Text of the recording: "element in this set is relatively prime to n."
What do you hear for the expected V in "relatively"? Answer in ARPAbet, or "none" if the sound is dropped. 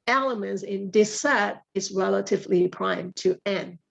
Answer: V